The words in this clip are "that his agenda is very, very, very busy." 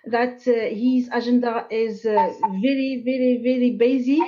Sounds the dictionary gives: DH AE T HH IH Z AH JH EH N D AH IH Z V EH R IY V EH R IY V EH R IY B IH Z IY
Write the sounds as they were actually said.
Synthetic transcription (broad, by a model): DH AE T HH IH Z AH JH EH N D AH IH Z V EH R IY V EH R IY V EH R IY B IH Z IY